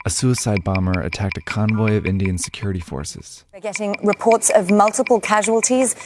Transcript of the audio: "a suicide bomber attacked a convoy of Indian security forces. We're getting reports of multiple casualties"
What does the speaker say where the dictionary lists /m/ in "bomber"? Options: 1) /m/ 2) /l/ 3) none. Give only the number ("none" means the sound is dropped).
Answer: 1